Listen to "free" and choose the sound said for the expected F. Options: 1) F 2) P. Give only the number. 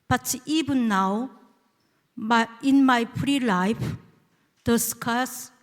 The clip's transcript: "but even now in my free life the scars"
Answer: 2